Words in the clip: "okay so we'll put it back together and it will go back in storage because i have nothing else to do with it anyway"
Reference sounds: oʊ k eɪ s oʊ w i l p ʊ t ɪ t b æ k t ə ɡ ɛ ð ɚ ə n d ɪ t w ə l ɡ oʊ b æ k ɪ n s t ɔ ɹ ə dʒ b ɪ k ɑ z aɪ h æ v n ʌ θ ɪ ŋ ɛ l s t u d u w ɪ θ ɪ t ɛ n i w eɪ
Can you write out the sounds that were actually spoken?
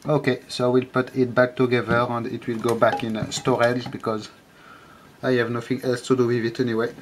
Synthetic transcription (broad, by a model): oʊ k eɪ s oʊ w i l p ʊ t ɪ t b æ k t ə ɡ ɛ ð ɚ ə n d ɪ t w ə l ɡ oʊ b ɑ k ɪ n s t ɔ ɹ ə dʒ b ɪ k ɑ z aɪ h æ v n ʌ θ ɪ ŋ ɛ l s t u d u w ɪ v ɪ t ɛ n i w eɪ